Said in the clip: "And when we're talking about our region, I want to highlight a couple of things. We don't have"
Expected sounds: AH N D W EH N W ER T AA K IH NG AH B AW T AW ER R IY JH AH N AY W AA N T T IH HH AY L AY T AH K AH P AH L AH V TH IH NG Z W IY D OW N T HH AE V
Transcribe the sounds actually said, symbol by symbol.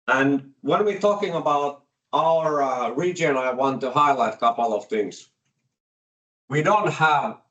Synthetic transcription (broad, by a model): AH N W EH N W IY T AA K IH NG AH B AW T AW ER R IY JH AH N AY W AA N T T IH HH AY L AY T AH K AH P L AH V TH IH NG Z W IY D OW N T HH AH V